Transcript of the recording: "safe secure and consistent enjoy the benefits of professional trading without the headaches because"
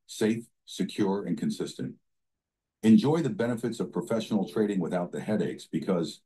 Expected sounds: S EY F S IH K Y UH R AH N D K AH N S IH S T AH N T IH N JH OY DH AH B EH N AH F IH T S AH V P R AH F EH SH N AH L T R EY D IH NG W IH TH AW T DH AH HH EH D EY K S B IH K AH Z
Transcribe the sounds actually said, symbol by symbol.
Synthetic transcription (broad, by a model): S EY F S IH K Y UH R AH N K AH N S IH S T AH N T IH N JH OY DH AH B EH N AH F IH T S AH V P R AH F EH SH N L T R EY D IH NG W IH TH AW T DH AH HH EH D EY K S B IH K AH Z